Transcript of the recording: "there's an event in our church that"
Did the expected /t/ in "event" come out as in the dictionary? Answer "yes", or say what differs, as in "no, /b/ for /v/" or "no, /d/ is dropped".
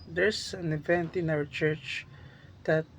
yes